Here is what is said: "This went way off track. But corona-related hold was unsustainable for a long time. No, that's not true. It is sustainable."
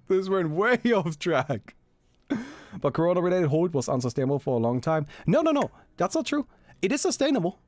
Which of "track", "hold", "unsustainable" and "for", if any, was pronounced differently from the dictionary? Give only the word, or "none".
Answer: hold